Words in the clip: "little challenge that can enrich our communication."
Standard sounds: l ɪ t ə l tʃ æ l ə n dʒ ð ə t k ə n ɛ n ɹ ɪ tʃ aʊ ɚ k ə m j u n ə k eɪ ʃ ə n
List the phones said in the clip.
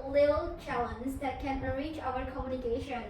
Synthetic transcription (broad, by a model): l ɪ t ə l tʃ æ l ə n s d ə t k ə n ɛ ɹ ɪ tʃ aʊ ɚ k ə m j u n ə k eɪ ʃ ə n